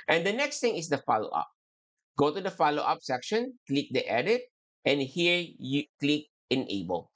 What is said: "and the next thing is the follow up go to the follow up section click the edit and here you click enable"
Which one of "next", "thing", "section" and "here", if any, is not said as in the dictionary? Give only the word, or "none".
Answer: thing